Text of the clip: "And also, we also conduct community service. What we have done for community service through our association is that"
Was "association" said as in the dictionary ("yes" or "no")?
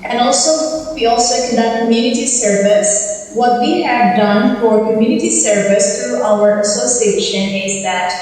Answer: yes